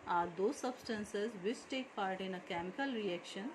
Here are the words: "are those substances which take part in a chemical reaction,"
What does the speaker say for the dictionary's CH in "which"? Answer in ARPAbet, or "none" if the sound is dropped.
S